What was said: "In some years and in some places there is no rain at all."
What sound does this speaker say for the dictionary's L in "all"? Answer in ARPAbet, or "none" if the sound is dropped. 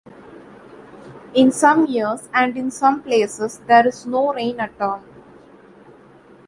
N